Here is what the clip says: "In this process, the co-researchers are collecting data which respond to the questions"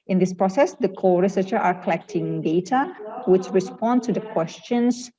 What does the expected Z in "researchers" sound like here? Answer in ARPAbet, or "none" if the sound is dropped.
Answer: none